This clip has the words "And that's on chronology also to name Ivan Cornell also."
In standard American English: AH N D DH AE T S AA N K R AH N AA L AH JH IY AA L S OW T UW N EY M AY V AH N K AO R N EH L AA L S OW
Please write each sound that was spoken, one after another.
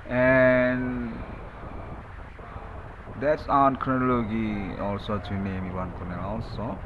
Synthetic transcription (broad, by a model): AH N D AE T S AA N K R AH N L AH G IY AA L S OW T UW N EY M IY B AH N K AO N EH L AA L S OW